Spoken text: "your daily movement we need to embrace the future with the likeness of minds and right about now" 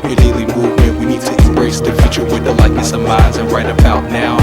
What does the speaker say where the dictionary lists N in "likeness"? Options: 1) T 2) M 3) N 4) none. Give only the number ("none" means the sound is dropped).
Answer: 4